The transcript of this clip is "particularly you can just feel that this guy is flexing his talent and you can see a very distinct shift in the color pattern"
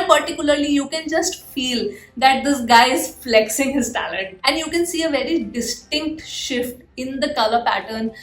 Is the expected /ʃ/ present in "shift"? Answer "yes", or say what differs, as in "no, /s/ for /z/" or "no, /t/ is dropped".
yes